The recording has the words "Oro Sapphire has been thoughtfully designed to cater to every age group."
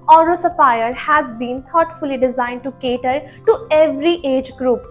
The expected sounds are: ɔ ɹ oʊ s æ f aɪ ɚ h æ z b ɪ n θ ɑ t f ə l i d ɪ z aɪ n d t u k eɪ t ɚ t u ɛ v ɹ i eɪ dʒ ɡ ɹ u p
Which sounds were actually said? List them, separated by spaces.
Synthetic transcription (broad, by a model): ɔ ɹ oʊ s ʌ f aɪ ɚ h æ z b ɪ n t ɑ t f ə l i d ɪ z aɪ n d t u k eɪ t ɚ t u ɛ v ɹ i eɪ dʒ ɡ ɹ u p